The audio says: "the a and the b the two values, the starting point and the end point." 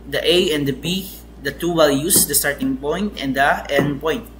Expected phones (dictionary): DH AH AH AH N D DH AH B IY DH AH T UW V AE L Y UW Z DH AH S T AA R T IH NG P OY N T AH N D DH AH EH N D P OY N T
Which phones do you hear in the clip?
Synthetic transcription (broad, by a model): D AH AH AH N D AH B IY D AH T UW W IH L Y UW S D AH S T AA R T IH NG P OY N T AH N D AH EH N P OY N T